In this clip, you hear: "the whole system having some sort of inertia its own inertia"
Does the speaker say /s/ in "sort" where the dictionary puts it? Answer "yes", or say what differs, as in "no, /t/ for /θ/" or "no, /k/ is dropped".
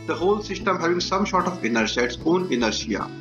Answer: no, /ʃ/ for /s/